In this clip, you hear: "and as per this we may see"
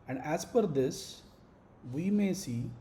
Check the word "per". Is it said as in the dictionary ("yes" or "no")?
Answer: no